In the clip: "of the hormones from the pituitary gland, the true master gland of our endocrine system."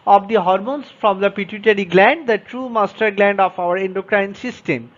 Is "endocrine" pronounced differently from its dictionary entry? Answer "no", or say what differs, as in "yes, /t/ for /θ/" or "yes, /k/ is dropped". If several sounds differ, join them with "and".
no